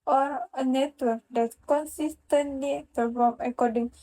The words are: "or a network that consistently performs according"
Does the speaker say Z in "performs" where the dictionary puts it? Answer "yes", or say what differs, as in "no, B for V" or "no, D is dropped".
no, Z is dropped